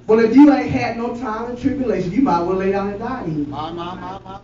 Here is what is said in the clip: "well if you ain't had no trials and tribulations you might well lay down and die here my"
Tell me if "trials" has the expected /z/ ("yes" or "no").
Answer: no